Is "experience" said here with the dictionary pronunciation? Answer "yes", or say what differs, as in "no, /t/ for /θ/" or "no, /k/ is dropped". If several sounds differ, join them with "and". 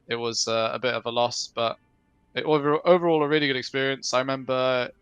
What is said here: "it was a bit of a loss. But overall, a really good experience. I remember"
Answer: yes